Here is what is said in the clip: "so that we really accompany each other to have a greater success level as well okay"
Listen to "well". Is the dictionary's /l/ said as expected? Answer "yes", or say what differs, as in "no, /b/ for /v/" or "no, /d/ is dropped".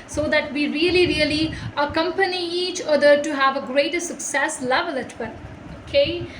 no, /n/ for /l/